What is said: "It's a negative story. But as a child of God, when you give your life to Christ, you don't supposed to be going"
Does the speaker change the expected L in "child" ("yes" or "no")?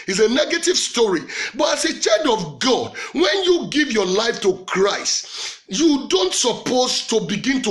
yes